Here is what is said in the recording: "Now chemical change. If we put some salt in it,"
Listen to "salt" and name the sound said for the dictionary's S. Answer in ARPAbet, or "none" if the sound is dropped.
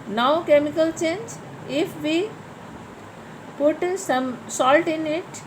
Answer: S